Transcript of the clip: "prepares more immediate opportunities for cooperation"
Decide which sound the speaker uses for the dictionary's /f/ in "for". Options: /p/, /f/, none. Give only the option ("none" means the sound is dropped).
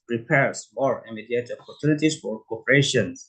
/f/